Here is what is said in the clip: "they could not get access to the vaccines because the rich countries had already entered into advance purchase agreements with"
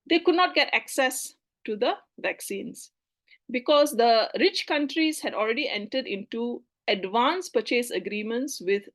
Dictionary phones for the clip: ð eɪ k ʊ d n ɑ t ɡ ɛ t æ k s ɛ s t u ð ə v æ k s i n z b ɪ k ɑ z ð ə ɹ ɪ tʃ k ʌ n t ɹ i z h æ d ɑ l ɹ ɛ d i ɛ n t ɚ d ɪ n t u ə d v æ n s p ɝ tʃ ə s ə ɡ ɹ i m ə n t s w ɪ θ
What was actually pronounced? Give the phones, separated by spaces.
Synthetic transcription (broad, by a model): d eɪ k ʊ d n ɑ t ɡ ɛ t æ k s ɛ s t u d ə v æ k s i n s b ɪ k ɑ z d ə ɹ ɪ tʃ k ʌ n t ɹ i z h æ d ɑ l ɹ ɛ d i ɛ n t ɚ d ɪ n t u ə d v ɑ n s p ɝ tʃ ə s ə ɡ ɹ i m ə n t s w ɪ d